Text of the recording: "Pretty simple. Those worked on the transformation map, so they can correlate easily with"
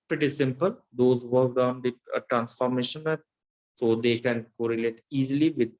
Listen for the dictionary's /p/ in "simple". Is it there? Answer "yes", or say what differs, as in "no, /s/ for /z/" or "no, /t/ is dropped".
yes